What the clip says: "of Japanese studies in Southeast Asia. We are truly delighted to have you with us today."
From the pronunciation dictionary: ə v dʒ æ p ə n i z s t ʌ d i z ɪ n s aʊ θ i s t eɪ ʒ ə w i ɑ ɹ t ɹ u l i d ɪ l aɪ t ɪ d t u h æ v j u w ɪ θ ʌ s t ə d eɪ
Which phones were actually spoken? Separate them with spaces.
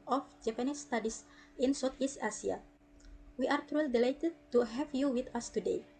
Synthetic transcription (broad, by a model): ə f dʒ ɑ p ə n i s t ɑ d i s ɪ n s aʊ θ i s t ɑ s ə w i ɑ ɹ t ɹ u l i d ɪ l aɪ t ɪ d t u h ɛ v j u w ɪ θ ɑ s t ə d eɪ